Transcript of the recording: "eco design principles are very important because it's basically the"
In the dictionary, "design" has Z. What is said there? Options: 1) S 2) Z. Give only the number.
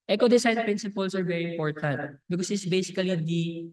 1